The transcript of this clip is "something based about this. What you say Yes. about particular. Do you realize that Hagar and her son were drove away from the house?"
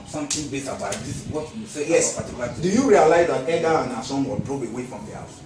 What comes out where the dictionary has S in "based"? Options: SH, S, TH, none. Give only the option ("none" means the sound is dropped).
none